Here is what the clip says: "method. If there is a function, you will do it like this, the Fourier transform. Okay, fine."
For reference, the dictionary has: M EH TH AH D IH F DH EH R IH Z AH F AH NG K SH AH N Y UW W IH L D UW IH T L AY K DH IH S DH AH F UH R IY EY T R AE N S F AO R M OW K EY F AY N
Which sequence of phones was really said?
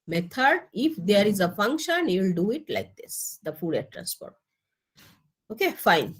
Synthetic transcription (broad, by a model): M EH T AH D IH F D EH R IH Z AH F AH NG K SH AH N Y UW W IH L D UW IH T L AY K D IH S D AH F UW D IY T T R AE N S P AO R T OW K EY F AY N